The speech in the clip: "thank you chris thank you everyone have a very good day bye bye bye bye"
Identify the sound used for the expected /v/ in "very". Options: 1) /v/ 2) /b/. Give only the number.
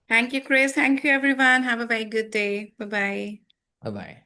2